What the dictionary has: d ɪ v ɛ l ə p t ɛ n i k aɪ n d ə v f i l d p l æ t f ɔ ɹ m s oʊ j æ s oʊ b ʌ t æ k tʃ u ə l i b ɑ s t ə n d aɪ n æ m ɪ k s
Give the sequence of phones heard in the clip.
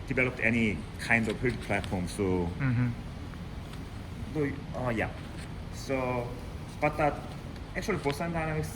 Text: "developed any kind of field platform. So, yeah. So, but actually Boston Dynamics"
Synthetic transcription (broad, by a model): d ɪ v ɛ l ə p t ɛ n i k aɪ n d ə v p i d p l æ t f ɔ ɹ m s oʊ j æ s oʊ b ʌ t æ k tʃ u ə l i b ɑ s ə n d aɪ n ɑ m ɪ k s